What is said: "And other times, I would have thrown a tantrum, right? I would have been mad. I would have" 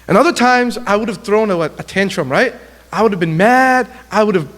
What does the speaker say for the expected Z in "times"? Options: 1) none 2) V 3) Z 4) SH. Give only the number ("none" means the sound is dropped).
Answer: 3